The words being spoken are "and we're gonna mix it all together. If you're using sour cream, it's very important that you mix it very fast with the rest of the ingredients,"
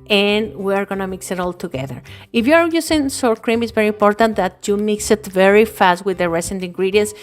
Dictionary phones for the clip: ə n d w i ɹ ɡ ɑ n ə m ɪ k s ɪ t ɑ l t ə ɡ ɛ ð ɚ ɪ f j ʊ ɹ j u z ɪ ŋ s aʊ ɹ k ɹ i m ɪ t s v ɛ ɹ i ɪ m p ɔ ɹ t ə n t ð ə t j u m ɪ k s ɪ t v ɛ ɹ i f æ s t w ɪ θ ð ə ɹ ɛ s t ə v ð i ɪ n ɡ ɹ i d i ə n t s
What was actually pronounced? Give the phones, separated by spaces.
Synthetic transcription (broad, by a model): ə n w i ɹ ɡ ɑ n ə m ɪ k s ɪ t ɑ l t ə ɡ ɛ ð ɚ ɪ f j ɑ ɹ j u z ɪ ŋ s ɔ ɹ k ɹ i m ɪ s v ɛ ɹ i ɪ m p ɔ ɹ t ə n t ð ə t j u m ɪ k s ɪ t v ɛ ɹ i f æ s t w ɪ ð ə ɹ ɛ s ə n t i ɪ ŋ ɡ ɹ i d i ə n s